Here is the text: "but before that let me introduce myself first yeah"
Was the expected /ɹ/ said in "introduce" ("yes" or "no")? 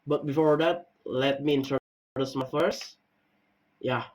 no